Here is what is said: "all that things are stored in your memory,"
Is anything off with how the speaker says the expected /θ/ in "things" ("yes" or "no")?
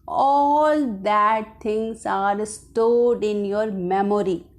yes